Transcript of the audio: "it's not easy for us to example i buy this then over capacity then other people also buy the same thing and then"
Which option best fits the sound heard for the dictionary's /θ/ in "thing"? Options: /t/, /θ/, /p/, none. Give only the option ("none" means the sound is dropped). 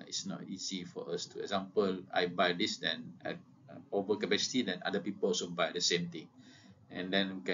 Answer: /t/